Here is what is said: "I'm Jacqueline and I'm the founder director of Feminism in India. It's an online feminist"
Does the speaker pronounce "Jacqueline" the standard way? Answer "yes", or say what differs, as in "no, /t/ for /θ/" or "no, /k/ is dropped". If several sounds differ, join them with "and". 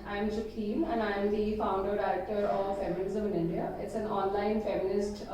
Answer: no, /l/ is dropped